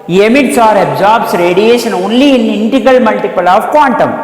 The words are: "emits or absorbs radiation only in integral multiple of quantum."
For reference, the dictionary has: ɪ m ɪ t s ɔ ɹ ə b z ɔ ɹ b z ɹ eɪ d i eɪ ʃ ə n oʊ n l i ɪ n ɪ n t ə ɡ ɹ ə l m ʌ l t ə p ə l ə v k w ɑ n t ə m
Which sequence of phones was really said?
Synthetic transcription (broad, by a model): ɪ m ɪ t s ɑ ɹ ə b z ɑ ɹ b s ɹ eɪ d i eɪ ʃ ə n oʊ n l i ɪ n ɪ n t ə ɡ ə l m ʌ l t ə p ə l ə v k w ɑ n t ə m